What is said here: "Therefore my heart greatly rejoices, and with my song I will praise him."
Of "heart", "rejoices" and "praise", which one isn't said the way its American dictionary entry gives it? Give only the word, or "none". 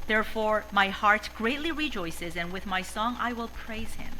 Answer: none